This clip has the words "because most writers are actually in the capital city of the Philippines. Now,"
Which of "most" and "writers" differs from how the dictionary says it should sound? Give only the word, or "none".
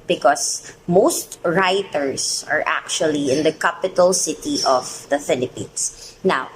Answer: writers